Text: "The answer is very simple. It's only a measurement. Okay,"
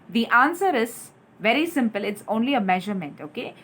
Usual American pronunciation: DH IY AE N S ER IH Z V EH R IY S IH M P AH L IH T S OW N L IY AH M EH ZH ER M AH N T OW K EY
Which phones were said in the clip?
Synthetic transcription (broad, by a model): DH IY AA N S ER IH Z V EH R IY S IH M P AH L IH T S OW N L IY AH M EH ZH ER M AH N T OW K EY